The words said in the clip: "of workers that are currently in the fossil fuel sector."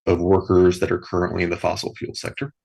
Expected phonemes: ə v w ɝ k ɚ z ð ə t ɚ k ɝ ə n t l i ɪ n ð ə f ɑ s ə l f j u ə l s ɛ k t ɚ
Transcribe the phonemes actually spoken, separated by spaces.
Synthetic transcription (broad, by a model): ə v w ɝ k ɚ z ð ə t ɚ k ɝ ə n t l i ɪ n ð ə f ɑ s l f j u l s ɛ k t ɚ